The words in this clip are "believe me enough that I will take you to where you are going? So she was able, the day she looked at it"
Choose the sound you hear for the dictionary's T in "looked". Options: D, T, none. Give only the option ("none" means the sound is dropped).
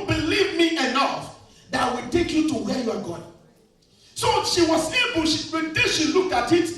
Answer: T